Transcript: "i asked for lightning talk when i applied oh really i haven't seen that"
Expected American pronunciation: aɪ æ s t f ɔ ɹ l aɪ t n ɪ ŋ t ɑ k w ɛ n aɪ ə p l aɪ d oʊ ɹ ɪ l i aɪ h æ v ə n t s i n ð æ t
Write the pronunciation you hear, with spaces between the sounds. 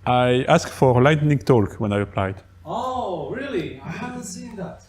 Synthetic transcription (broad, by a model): aɪ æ s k f ɔ ɹ l aɪ t n ɪ ŋ t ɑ k w ɛ n aɪ ə p l aɪ d oʊ ɹ ɪ l i aɪ h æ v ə n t s i n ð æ t